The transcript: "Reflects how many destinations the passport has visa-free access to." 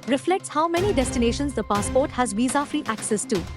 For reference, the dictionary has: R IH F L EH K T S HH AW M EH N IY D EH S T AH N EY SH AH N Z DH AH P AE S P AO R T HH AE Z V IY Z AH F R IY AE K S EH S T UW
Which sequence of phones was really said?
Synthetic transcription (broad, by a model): R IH F L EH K T S HH AW M EH N IY D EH S T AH N EY SH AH N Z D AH P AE S P AO R T HH AE Z V IY Z AH F R IY AE K S EH S T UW